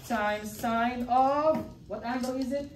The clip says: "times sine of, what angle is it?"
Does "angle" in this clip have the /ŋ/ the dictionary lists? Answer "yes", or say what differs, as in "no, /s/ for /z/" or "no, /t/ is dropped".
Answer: no, /ŋ/ is dropped